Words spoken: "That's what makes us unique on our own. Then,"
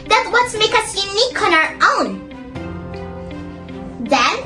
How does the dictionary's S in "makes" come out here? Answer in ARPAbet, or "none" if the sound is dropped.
none